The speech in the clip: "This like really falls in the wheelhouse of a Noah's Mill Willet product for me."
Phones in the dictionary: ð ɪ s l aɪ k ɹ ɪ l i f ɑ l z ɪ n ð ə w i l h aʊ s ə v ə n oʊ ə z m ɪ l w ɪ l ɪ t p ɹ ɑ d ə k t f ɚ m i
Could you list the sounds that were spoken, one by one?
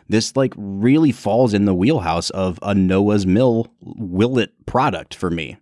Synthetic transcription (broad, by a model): ð ɪ s l aɪ k ɹ ɪ l i f ɑ l z ɪ n ð ə w i l h aʊ s ə v ə n oʊ ə z m ɪ l w ɪ l ɪ t p ɹ ɑ d ə k t f ɚ m i